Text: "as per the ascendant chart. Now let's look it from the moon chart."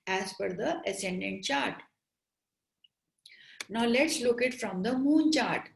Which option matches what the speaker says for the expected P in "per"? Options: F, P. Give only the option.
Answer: F